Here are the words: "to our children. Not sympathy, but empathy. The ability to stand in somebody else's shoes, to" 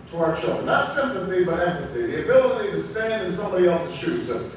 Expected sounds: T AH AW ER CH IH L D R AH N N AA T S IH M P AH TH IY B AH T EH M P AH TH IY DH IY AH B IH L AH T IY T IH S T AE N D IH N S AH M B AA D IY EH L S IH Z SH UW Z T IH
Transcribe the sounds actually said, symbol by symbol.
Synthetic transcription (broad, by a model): T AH AW ER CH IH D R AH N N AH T S IH M P AH TH IY B AH T EH M P AH TH IY DH IY AH B IH L AH T IY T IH S T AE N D IH N S AH M B AA D IY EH L S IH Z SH UW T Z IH